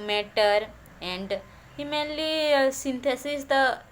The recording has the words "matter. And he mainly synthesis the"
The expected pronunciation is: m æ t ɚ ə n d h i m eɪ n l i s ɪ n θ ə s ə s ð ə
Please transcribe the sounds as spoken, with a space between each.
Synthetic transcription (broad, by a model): m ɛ t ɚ ə n d h i m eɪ l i s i n t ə s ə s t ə